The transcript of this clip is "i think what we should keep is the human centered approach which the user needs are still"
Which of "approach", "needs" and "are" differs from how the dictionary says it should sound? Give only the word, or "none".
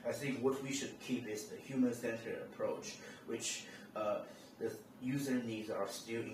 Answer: none